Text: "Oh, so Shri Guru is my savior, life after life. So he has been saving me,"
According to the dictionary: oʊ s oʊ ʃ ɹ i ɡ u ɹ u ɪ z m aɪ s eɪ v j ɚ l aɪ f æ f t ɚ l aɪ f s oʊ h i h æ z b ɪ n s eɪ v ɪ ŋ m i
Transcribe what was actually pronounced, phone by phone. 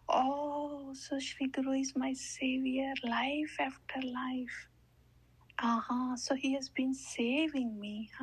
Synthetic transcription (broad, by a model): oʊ s oʊ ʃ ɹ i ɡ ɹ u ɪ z m aɪ s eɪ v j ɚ l aɪ f æ f t ɚ l aɪ f s oʊ h i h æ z b ɪ n s eɪ v ɪ ŋ m i